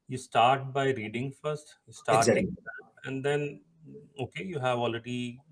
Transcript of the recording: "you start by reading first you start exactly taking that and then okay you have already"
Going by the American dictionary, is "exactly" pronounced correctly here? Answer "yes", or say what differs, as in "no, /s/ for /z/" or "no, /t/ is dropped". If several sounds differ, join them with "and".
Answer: no, /k/ is dropped and /l/ is dropped